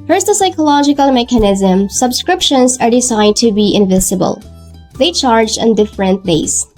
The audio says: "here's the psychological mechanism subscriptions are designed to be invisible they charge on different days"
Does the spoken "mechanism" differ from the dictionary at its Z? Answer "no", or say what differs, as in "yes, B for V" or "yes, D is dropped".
no